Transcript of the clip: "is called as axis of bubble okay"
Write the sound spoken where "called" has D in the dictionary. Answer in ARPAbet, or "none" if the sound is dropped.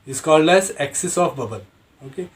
D